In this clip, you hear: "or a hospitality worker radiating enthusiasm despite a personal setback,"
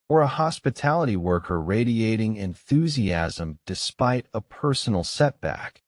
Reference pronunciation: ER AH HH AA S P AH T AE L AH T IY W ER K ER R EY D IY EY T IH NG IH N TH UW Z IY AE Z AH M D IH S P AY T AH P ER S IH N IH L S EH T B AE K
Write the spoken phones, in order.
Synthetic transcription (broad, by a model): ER AH HH AA S P AH T AE L AH T IY W ER K ER R EY D IY EY T IH NG IH N TH UW Z IY AE Z AH M D IH S P AY T AH P ER S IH N L S EH T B AE K